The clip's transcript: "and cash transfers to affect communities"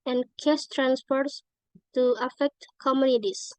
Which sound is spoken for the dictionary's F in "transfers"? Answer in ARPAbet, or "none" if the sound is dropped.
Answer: P